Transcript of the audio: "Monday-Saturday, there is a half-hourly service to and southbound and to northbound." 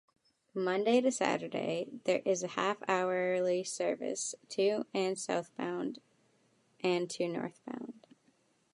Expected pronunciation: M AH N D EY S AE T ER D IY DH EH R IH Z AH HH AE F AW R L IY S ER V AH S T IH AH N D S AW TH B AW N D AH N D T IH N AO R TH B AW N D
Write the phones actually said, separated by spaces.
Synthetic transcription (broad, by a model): M AH N D EY S AE T ER D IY DH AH R IH Z AH HH AE F AW R L IY S ER V AH S T IH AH N S AW TH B AW N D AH N T IH N AO R TH B AW N D